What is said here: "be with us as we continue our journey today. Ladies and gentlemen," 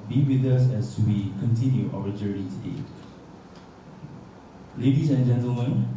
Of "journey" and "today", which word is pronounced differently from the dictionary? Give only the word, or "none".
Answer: journey